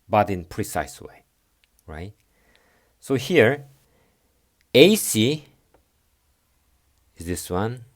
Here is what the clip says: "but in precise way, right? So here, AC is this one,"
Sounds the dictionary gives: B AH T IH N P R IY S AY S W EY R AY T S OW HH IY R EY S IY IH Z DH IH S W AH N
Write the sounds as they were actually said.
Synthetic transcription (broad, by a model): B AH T IH N P R IY S AY S W EY R AY T S OW HH IY R EY S IY IH Z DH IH S W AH N